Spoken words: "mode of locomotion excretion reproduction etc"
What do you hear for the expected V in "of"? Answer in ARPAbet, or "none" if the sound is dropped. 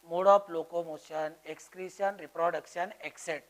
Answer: P